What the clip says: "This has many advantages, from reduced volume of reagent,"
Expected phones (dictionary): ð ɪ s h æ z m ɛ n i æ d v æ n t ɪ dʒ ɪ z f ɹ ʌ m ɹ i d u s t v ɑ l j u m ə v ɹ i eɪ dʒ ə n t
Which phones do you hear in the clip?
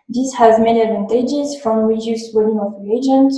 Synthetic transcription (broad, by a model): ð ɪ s h æ z m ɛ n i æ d v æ n t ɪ dʒ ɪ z f ɹ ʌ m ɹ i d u s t w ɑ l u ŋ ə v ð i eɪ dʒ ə n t